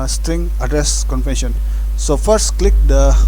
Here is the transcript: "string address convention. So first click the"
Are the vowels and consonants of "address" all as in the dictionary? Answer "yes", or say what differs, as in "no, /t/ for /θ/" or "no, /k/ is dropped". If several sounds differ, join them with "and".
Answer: yes